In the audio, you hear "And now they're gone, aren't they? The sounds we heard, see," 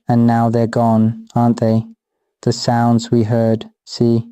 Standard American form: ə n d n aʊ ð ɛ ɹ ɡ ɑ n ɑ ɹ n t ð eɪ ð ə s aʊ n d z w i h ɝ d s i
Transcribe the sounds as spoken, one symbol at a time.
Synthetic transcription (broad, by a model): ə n n aʊ ð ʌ ɹ ɡ ɑ n ɑ ɹ n ð eɪ ð ə s aʊ n d z w i h ɝ d s i